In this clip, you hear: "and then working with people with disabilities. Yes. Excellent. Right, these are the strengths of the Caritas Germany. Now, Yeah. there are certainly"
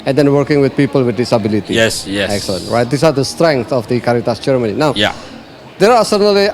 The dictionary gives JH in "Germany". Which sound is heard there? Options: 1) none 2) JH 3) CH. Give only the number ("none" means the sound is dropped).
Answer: 3